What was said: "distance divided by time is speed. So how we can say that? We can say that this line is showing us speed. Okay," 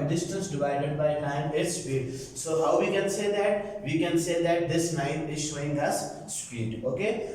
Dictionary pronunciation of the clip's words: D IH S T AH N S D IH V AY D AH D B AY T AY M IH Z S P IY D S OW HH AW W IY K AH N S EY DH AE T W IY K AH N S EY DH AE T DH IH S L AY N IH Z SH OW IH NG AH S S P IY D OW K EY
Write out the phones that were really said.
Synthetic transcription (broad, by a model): D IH S T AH N S D IH V AY D AH D B AY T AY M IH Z S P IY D S OW HH AW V IY K AH N S EY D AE T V IY K AH N S EY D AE T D IH S N AY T IH Z SH OW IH NG AH S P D IY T OW K EY